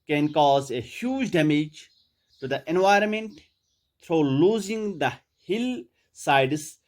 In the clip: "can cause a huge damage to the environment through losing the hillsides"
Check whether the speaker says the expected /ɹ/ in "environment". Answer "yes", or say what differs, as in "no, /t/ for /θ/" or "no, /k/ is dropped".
yes